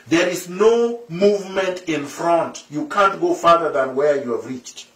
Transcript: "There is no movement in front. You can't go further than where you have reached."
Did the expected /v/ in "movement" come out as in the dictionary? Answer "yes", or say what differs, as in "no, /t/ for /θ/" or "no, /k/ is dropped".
yes